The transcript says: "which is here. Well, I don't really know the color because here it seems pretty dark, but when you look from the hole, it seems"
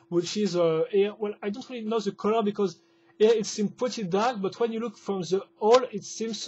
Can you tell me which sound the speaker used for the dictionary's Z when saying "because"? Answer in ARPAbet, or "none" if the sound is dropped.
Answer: Z